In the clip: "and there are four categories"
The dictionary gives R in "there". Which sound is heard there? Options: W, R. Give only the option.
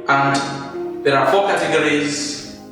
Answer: R